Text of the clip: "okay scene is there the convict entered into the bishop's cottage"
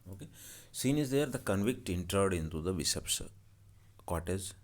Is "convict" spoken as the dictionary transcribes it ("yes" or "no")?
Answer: yes